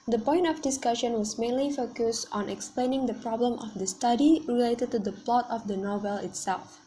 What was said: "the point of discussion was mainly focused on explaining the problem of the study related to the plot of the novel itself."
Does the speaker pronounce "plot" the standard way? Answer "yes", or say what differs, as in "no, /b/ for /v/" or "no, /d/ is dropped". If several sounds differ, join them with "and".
yes